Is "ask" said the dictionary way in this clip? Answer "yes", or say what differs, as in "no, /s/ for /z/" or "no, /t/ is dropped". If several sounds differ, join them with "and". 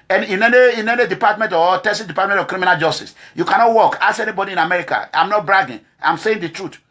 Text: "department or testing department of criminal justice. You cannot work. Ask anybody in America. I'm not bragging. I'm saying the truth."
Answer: no, /k/ is dropped